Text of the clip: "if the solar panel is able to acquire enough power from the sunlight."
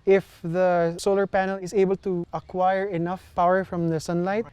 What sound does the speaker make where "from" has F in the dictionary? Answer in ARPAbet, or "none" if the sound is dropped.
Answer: F